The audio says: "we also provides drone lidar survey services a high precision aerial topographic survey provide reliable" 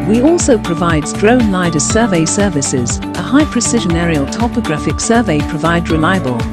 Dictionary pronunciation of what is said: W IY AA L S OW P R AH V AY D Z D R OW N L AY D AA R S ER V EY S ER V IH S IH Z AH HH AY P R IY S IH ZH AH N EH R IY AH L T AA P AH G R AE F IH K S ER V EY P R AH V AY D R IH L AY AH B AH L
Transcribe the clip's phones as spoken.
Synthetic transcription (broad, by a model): W IY AA L S OW P R AH V AY D Z D R OW N L AY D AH S ER V EY S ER V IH S IH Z AH HH AY P R IY S IH ZH AH N EH R IY AH L T AA P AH G R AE F IH K S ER V EY P R AH V AY D R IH L AY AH B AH L